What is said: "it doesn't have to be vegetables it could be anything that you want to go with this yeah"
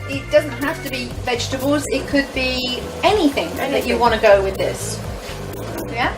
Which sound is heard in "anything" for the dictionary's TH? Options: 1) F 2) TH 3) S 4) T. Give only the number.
2